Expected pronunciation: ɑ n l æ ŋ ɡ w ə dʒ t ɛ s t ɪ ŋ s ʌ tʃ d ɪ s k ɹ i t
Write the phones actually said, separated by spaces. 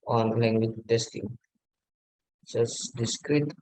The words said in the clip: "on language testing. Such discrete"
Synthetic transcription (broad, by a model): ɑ n l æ ŋ ɡ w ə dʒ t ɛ s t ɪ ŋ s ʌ s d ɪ s k ɹ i t